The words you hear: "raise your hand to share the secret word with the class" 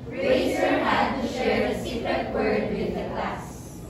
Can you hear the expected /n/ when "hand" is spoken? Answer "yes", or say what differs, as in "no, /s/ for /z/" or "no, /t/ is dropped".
no, /n/ is dropped